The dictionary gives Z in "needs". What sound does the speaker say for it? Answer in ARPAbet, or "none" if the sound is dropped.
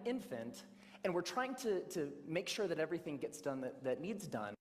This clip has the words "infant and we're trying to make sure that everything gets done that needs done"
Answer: Z